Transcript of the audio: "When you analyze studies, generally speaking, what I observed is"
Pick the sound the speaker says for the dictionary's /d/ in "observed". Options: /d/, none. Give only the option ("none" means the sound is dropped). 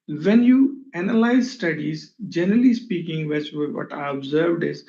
/d/